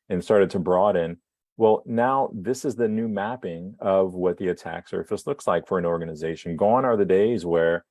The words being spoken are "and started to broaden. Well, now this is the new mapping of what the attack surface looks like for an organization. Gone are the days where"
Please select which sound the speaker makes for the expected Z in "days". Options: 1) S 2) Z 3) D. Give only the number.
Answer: 2